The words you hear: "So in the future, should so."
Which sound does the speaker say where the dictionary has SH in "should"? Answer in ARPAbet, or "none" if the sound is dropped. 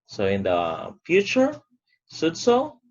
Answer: S